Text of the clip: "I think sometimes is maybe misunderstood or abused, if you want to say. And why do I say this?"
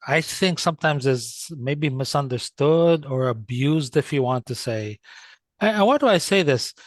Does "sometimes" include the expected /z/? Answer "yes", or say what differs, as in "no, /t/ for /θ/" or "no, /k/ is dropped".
yes